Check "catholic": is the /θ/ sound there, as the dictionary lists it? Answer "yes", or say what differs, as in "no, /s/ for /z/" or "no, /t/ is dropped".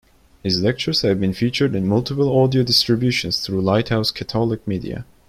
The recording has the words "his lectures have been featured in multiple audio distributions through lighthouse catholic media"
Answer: no, /t/ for /θ/